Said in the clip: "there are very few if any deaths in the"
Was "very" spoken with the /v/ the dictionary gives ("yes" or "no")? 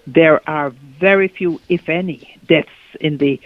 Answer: yes